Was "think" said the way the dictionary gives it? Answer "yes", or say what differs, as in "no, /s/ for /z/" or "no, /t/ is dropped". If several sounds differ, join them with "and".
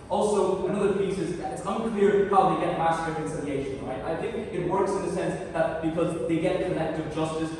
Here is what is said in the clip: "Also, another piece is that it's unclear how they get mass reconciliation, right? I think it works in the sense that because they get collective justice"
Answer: yes